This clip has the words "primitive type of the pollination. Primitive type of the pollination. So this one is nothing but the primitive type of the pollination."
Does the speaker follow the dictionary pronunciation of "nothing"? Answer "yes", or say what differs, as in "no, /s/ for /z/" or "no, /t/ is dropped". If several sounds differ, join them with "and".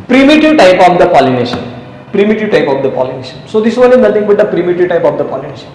no, /t/ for /θ/